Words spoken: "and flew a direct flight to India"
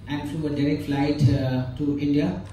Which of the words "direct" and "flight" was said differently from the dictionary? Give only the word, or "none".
none